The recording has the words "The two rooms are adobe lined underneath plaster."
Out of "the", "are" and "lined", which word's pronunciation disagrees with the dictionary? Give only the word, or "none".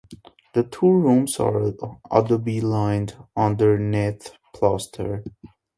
none